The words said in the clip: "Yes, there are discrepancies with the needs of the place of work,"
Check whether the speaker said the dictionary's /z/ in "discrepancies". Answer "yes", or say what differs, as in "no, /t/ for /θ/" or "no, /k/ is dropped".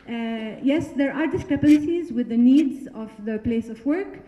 yes